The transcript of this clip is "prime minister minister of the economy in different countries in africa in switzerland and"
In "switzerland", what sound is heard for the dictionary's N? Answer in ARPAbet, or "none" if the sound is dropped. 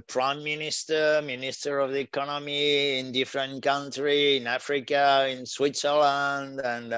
N